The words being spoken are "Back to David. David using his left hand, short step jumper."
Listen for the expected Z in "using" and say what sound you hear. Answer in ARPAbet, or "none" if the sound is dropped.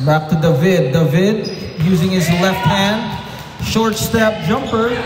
Z